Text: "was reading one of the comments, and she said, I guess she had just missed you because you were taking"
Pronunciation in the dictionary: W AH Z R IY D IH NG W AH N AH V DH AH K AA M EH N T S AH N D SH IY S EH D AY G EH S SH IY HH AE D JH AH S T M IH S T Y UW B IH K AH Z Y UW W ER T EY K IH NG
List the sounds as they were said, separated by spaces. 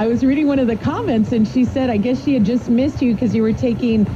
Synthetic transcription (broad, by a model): W AH Z R IY D IH NG W AH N AH V DH AH K AA M EH N T S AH N SH IY S EH D AY G EH S SH IY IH D JH AH S T M IH S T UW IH K AH Z Y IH W ER T EY K IH NG